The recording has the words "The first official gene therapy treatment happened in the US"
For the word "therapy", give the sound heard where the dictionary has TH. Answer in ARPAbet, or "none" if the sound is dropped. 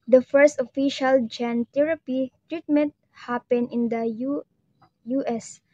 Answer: T